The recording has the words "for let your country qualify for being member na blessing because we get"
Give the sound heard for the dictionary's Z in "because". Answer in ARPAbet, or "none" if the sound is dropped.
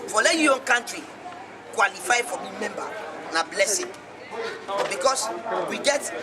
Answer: S